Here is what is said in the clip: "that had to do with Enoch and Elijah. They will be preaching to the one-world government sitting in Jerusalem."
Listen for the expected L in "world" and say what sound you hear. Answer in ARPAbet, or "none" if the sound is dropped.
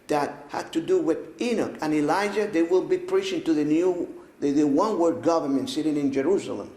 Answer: none